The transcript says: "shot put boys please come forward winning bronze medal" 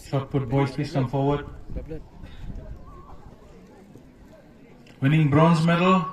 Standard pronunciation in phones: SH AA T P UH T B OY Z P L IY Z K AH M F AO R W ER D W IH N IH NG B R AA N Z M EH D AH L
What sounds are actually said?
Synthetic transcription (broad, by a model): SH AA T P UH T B OY S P IY S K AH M F AO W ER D W IH N IH NG B R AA N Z M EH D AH L